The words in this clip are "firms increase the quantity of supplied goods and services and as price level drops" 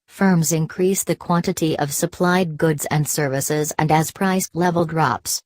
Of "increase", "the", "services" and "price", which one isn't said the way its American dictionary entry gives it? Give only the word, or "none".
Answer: none